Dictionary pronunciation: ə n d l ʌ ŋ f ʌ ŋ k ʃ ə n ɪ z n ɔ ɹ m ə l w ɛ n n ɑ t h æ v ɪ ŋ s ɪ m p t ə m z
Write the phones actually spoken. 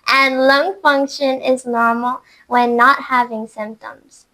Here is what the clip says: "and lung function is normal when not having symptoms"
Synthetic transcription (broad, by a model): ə n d l ʌ ŋ f ʌ ŋ k ʃ ə n ɪ z n ɔ ɹ m l w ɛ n n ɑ t h æ v ɪ ŋ s ɪ m p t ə m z